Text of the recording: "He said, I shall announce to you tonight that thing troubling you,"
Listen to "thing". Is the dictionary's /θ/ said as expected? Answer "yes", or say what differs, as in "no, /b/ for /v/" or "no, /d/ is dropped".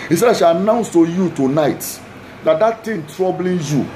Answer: no, /t/ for /θ/